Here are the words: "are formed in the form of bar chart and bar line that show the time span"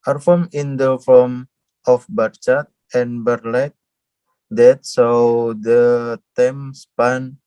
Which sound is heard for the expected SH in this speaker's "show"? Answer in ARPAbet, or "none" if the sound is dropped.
S